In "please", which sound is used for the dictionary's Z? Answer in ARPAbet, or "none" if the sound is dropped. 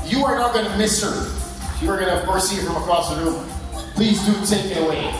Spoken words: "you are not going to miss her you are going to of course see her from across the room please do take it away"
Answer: Z